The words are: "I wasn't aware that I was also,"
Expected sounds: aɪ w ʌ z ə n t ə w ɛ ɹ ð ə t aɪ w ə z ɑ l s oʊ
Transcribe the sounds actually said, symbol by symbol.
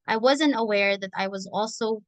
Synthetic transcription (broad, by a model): aɪ w ʌ z ə n t ə w ɛ ɹ ð ə t aɪ w ə z ɑ l s oʊ